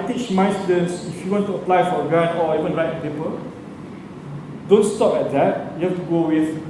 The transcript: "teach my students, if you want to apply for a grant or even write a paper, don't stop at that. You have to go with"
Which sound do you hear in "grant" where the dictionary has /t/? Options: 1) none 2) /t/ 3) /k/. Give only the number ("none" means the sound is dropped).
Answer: 1